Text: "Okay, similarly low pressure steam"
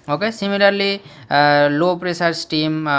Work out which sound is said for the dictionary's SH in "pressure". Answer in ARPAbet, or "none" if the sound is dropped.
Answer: S